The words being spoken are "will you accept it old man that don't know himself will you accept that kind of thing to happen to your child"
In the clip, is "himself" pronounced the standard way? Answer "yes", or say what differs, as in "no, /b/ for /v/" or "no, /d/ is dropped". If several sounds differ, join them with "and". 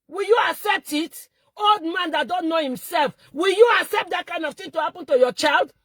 yes